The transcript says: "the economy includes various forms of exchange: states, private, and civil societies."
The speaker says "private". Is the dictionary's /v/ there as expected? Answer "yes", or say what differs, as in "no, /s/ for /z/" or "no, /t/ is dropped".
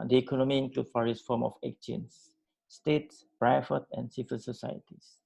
no, /f/ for /v/